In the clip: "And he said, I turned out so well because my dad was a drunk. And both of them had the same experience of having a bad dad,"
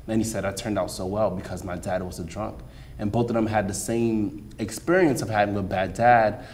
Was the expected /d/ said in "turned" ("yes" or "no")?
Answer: yes